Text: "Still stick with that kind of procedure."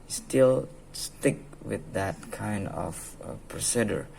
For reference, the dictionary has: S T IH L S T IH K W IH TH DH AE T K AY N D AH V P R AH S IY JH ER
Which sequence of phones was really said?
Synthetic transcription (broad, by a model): S T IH L S T IH K W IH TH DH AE T K AY N D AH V P R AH S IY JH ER